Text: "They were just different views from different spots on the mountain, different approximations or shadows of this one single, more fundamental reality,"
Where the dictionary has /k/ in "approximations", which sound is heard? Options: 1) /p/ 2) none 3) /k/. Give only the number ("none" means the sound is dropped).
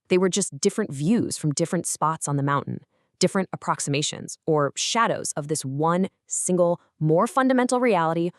3